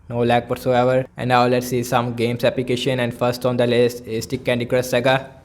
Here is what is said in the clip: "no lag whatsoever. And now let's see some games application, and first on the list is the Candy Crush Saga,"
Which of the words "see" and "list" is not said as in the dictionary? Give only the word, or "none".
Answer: list